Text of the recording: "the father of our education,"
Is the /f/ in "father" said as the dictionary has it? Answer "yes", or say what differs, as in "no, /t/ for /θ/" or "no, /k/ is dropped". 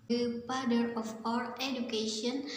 no, /p/ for /f/